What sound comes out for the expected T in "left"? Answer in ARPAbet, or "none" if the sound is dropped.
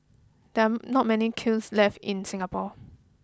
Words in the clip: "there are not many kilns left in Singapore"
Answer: T